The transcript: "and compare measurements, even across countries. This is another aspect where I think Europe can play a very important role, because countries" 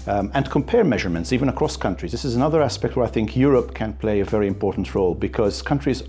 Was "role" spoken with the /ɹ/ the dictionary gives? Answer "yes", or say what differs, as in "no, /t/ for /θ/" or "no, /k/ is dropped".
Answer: yes